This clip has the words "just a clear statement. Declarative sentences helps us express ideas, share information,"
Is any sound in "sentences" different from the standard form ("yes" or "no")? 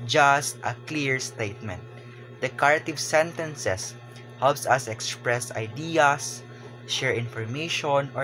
yes